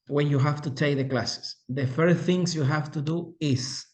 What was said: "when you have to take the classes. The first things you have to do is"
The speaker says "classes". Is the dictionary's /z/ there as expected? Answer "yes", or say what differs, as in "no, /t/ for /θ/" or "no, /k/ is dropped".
no, /s/ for /z/